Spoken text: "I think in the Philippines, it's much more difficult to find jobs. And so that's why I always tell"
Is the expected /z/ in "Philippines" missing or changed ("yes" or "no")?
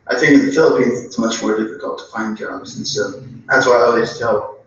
no